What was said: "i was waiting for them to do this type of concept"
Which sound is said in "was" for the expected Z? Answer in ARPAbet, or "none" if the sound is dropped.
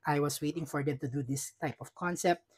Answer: S